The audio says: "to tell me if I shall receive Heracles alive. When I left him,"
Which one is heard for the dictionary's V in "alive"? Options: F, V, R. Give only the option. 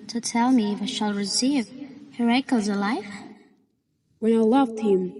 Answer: F